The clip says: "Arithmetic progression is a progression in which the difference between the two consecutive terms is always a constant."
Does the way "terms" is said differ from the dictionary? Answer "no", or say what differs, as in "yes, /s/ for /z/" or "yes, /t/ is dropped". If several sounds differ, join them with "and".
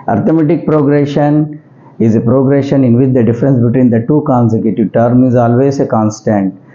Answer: yes, /z/ is dropped